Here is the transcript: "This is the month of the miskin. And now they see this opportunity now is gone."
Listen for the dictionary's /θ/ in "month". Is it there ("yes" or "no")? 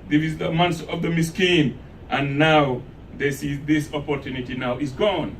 no